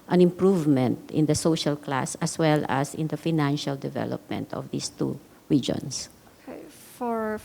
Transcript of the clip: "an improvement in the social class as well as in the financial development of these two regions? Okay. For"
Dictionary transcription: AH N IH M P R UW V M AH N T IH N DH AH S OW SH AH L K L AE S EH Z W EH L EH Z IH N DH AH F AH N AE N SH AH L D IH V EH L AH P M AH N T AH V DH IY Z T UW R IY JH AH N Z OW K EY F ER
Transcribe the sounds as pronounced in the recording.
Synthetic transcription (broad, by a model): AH N IH M P R UW V M AH N T IH N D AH S OW SH AH L K L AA S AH S W EH L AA S IH N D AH F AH N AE N SH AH L D IH V EH L AH P M AH N T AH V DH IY S T UW R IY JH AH N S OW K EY F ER